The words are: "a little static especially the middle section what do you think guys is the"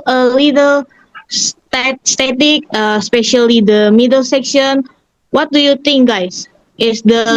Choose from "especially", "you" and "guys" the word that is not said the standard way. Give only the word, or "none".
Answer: guys